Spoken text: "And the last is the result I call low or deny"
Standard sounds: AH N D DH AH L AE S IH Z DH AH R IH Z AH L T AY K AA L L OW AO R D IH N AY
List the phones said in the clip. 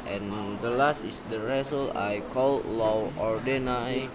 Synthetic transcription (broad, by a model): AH N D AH L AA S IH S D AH R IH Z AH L AY K AA L L OW AO R D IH N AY